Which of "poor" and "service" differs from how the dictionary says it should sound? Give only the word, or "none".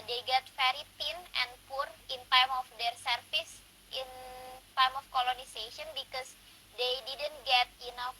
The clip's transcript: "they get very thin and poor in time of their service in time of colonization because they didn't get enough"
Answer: service